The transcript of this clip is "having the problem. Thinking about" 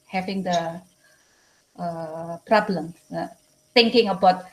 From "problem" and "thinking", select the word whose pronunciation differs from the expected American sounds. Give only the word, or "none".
thinking